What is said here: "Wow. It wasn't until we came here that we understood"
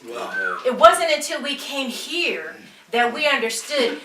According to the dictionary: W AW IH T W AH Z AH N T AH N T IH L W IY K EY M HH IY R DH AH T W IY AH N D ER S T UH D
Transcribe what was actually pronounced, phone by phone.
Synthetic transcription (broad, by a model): IH T W AH Z AH N T AH N T IH L W IY K EY M HH IY R DH AH T W IY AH N D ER S T UH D